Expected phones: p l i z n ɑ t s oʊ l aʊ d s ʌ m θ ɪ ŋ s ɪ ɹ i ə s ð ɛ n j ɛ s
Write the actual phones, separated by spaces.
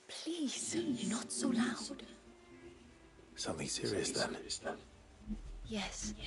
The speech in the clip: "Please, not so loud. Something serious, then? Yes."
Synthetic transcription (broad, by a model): p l i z n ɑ t s oʊ l aʊ d s ʌ m θ ɪ ŋ s ɪ ɹ i ə s ð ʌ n j ɛ s